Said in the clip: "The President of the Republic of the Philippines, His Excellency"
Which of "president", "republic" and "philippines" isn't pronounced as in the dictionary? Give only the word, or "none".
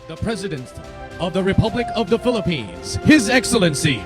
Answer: none